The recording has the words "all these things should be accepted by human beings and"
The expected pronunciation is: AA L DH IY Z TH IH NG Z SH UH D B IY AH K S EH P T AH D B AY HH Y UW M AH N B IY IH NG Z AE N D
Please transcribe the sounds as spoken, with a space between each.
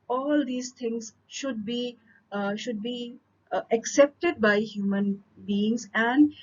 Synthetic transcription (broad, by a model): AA L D IY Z T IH NG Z SH UH D B IY AH K S EH P T AH D B AY HH Y UW M AH N B IY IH NG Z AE N D